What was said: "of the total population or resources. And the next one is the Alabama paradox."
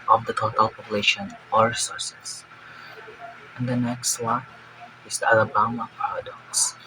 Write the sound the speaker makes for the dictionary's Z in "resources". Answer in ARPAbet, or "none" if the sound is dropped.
S